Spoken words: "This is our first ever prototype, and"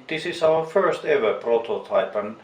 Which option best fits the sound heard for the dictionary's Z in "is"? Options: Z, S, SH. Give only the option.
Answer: S